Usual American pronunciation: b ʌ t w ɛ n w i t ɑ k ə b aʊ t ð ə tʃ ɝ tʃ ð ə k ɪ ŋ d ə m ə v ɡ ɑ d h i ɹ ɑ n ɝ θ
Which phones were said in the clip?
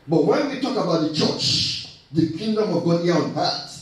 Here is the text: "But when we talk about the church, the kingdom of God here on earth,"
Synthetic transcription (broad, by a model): b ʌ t w ɛ n w i t ɑ k ə b aʊ t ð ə tʃ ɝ tʃ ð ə k ɪ ŋ d ə m ə v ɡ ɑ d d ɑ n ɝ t